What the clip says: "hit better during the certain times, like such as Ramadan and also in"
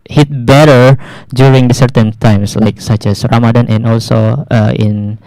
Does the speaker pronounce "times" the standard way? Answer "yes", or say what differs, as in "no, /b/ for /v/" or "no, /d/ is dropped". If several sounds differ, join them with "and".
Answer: no, /s/ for /z/